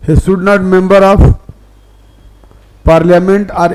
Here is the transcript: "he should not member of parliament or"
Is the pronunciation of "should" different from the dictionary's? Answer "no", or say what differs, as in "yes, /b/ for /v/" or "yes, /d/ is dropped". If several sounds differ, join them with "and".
yes, /s/ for /ʃ/